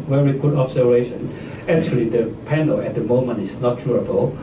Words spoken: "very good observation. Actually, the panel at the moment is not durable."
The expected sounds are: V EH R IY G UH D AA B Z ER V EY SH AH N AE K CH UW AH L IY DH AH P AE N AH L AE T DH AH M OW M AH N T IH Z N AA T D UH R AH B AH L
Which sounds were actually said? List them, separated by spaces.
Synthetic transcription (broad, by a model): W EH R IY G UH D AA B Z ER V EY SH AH N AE K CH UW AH L IY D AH P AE N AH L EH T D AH M OW M AH N T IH S N AA T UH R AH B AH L